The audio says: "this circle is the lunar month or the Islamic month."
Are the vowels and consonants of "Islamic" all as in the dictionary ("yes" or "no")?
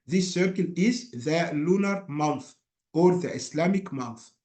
no